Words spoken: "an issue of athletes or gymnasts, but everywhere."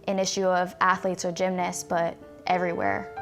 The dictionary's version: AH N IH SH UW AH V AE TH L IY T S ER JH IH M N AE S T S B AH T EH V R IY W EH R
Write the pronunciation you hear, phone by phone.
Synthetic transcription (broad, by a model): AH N IH SH UW AH V AE TH L IY T S ER JH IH M N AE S S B AH T EH V R IY W EH R